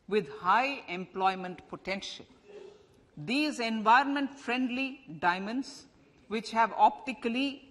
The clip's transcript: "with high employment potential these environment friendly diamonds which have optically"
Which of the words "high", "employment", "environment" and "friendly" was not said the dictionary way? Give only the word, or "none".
none